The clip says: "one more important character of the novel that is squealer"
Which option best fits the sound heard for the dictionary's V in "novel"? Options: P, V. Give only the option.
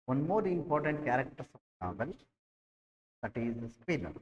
P